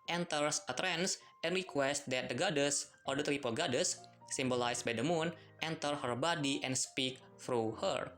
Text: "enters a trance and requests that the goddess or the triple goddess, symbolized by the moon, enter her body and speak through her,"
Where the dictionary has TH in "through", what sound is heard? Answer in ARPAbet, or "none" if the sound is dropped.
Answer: F